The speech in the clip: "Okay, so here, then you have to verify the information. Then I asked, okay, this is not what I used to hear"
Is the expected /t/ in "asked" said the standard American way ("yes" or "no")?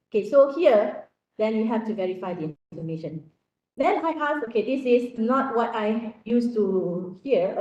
no